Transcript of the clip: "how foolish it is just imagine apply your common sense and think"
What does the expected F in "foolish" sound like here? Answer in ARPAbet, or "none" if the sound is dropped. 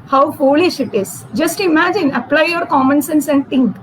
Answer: F